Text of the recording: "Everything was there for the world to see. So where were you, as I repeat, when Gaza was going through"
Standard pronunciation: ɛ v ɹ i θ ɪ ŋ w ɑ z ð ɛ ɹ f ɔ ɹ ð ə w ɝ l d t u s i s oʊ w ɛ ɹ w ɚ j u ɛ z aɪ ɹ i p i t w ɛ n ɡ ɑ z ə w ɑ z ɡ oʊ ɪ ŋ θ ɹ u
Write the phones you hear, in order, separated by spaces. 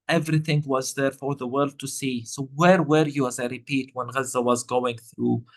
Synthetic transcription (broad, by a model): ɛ v ɹ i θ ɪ ŋ w ɑ z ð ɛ ɹ f ɔ ɹ ð ə w ɝ l d t u s i s oʊ w ɛ ɹ w ɚ j u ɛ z aɪ ɹ i p i t w ɛ n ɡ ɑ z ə w ɑ z ɡ oʊ ɪ ŋ θ ɹ u